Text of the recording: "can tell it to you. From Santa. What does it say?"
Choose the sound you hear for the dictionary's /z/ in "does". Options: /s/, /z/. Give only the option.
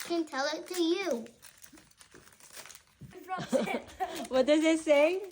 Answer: /z/